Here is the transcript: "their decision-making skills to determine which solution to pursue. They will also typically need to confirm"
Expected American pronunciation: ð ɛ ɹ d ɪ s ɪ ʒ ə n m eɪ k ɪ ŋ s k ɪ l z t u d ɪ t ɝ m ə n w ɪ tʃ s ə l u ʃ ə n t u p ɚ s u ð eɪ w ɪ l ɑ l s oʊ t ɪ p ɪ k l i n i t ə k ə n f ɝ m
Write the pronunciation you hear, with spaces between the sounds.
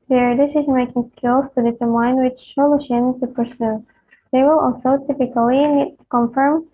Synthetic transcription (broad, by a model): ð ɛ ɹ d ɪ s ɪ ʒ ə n m eɪ k ɪ ŋ s k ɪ l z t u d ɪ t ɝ m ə n w ɪ tʃ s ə l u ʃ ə n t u p ɚ s u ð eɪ w ɪ l ɑ l s oʊ t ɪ p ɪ k i l i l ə k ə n f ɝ m